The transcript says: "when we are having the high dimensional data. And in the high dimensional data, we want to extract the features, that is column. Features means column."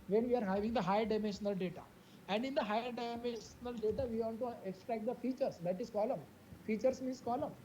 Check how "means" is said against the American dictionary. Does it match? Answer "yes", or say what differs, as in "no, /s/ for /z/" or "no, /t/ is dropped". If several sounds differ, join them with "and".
no, /s/ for /z/